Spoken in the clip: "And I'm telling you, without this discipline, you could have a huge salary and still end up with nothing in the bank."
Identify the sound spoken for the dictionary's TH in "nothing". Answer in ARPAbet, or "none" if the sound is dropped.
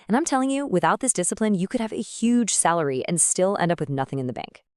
TH